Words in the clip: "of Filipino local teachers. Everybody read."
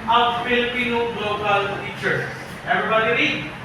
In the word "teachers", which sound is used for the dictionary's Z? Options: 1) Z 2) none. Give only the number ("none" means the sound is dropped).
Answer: 2